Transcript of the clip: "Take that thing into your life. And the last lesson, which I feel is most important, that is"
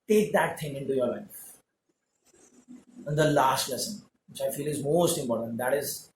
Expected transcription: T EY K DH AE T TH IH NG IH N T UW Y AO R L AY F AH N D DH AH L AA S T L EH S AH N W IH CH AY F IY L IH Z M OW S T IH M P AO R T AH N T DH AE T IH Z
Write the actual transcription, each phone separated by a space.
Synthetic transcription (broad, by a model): T EY K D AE T T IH NG IH N T UW Y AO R L AY F AH N D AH L AA S T L EH S AH N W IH CH AY F IY L IH Z M OW S T IH M P AO R T AH N T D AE T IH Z